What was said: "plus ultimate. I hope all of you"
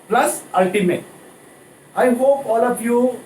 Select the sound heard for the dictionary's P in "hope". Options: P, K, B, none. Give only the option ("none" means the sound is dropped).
P